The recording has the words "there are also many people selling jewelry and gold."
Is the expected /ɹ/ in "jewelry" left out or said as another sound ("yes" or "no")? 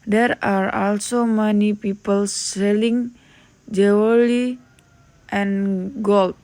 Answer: yes